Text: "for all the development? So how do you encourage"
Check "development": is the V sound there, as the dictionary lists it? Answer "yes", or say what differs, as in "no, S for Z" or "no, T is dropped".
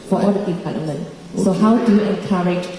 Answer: no, P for V